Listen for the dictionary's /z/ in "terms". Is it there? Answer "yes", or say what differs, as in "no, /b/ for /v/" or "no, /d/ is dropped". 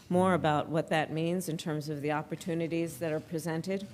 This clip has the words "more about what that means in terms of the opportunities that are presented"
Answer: yes